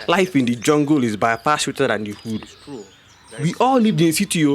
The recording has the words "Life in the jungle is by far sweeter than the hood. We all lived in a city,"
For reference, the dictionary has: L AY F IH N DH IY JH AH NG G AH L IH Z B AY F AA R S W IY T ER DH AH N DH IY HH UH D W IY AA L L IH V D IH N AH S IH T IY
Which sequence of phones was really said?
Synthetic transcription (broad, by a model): L AY F IH N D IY JH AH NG G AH L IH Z B AY P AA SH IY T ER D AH N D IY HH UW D W IY AA L L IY V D IH N S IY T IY